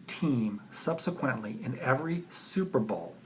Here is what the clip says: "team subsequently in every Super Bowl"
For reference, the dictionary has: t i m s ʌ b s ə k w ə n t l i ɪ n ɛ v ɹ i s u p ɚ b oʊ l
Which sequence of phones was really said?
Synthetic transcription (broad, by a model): t i m s ʌ b s ə k w ə n t l i ɪ n ɛ v ɹ i s u p ɚ b oʊ l